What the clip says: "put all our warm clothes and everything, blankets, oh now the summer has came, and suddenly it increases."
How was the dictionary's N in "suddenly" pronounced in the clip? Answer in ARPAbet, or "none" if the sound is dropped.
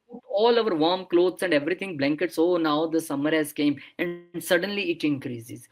N